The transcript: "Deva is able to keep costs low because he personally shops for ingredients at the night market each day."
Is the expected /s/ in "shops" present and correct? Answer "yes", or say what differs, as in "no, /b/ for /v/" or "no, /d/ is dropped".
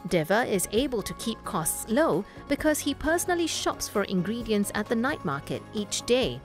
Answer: yes